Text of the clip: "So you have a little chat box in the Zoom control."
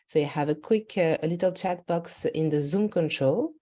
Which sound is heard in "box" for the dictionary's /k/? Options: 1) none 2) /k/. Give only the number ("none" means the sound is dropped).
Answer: 2